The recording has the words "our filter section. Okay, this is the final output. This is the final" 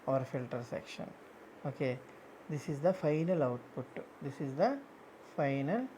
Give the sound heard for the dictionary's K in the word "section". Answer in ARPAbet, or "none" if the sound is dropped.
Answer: K